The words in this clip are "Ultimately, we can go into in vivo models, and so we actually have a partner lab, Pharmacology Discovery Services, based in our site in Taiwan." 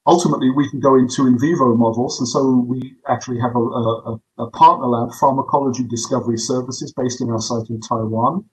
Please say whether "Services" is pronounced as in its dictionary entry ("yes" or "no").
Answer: yes